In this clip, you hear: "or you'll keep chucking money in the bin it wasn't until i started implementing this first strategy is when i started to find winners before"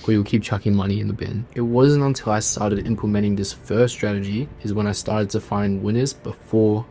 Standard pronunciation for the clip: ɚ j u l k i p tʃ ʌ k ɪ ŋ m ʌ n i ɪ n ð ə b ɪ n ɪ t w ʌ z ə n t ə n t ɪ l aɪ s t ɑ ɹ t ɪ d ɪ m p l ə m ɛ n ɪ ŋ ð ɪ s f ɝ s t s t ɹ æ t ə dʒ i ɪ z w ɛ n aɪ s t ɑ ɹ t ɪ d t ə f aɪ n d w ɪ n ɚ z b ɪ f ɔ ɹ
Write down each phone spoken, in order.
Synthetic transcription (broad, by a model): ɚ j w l k i p tʃ ʌ k ɪ ŋ m ʌ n i ɪ n ð ə b ɪ n ɪ t w ʌ z ə n t ə n t ɪ l aɪ s t ɑ ɹ t ɪ d ɪ m p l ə m ɛ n ɪ ŋ ð ɪ s f ɝ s s t ɹ æ t ə dʒ i ɪ z w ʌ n aɪ s t ɑ ɹ t ɪ d t ə f aɪ n d w ɪ n ɚ z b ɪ f ɔ ɹ